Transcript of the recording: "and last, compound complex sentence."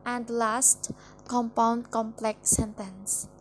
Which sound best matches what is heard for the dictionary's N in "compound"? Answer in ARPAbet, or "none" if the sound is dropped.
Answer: N